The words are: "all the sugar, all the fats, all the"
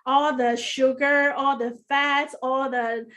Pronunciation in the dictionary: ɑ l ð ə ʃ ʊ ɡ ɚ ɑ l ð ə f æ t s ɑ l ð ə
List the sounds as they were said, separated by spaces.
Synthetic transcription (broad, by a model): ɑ l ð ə ʃ ʊ ɡ ɚ ɑ l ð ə f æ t ɑ l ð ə